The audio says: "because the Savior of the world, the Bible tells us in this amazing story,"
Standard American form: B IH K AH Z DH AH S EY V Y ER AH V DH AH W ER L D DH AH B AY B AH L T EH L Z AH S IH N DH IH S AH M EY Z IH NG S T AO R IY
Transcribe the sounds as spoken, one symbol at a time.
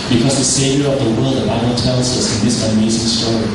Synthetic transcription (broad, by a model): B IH K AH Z DH AH S EY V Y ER AH V DH AH W ER L D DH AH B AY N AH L T EH L Z AH S IH N DH IH S AH M EY Z IH NG S T AO R IY